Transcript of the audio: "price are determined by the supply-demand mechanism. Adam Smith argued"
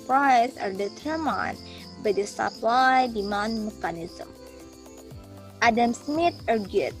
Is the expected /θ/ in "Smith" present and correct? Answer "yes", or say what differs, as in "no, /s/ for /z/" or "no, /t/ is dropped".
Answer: no, /t/ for /θ/